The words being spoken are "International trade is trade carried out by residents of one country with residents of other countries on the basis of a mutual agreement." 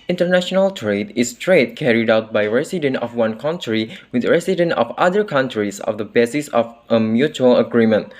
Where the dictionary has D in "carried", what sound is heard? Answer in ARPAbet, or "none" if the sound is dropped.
D